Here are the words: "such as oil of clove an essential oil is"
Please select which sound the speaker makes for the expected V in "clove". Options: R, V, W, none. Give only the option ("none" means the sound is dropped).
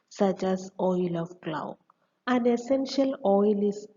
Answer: W